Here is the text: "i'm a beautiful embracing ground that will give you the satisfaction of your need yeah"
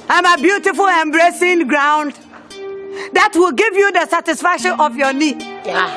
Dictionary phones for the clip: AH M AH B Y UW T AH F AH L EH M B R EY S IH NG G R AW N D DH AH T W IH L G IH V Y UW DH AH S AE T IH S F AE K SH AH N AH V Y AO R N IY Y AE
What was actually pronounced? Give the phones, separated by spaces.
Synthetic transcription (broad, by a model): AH M AH B Y UW T AH F AH L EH M B R EY S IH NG G R AW N D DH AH T W IH L G IH V Y UW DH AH S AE T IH S F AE K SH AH N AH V Y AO N IY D